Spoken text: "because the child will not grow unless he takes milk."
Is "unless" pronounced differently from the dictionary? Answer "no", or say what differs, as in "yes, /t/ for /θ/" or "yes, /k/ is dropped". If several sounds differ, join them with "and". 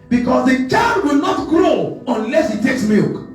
no